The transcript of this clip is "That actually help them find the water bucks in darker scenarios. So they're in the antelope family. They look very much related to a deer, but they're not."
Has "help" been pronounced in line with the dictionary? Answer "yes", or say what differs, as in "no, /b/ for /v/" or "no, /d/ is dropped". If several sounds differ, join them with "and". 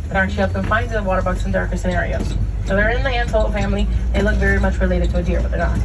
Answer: no, /l/ is dropped